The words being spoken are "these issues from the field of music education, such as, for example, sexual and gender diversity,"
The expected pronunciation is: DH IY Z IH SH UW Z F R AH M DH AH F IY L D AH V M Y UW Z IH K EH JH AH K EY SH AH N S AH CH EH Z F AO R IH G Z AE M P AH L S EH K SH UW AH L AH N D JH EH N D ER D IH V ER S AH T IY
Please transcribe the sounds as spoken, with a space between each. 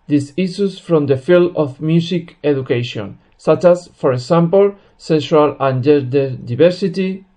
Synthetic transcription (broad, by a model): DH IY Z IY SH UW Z F R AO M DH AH F IY L D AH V M Y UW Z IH K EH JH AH K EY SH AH N S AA CH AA S F AO R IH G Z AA M P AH L S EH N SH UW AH L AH N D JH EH D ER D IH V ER S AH T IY